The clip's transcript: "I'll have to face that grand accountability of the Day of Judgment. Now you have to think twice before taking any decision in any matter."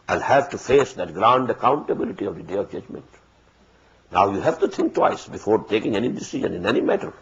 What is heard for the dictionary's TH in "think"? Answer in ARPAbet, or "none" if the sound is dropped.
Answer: T